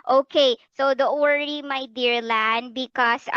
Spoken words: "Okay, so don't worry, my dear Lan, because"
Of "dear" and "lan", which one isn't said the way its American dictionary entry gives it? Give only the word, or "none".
none